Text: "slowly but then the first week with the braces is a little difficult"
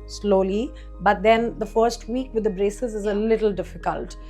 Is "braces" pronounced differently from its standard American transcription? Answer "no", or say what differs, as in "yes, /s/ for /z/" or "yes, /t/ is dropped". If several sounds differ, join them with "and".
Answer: no